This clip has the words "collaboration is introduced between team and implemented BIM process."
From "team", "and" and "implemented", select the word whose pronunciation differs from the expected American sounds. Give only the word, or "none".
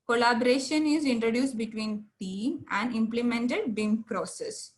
team